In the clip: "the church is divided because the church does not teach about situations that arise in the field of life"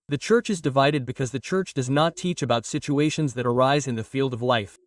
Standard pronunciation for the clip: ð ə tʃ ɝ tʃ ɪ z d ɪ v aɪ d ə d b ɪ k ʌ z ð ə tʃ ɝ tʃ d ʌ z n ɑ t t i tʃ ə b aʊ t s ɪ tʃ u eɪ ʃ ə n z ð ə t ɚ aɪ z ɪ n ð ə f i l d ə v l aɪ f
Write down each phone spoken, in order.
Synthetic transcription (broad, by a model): ð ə tʃ ɝ tʃ ɪ z d ɪ v aɪ d ə d b ɪ k ʌ z ð ə tʃ ɝ tʃ d ʌ z n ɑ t t i tʃ ə b aʊ t s ɪ tʃ u eɪ ʃ ə n z ð ə t ɚ aɪ z ɪ n ð ə f i l d ə v l aɪ f